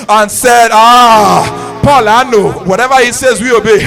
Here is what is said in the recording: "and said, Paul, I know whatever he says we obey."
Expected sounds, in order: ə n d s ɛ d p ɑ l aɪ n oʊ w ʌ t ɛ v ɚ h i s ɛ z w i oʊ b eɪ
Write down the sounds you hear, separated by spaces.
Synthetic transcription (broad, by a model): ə n s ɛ d p ɑ l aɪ n oʊ w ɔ t ɛ v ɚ h i s ɛ z w i oʊ b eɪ